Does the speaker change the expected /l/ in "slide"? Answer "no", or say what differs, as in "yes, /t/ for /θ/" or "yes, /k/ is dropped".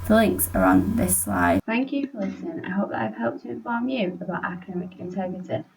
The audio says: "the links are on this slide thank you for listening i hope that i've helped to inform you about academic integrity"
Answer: no